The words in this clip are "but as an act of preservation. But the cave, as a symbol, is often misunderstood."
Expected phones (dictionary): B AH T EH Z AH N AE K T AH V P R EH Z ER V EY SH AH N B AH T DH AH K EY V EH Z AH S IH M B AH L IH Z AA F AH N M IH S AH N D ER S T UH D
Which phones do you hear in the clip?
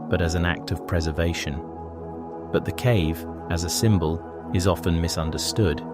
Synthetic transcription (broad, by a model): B AH T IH Z N AE K T AH V P R EH Z ER V EY SH AH N B AH T DH AH K EY V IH Z AH S IH M B AH L IH Z AA F AH N M IH S AH N D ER S T UH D